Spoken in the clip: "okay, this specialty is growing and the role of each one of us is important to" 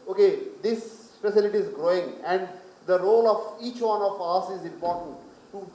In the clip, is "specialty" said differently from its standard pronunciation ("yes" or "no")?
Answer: yes